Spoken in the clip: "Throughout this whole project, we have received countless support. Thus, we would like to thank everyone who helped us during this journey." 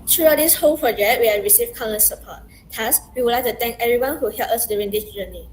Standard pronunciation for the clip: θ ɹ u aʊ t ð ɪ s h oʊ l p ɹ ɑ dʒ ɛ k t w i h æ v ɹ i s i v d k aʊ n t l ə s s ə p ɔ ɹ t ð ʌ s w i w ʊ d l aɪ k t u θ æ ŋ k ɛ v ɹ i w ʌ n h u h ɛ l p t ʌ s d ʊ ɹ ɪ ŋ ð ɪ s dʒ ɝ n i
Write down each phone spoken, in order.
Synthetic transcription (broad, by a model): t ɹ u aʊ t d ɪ s h oʊ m p ɹ ɑ dʒ ɛ k t w i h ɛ ɹ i s i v k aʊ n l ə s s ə p ɔ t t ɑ s w i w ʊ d l aɪ k t u t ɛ ŋ k ɛ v ɹ i w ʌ n h u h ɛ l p ʌ s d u ɹ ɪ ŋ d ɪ s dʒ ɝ n i